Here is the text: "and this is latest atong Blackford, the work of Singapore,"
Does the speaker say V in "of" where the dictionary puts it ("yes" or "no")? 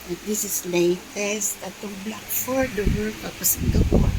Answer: no